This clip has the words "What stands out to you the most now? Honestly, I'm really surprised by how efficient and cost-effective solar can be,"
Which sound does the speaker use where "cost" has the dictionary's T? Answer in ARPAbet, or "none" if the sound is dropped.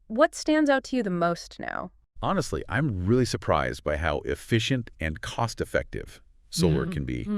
T